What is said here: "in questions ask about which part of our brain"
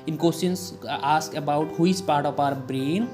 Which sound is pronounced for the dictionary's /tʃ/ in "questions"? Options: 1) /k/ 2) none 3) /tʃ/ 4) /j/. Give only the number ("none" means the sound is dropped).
2